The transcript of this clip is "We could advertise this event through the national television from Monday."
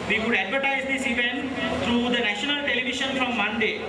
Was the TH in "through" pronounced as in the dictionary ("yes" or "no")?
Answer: no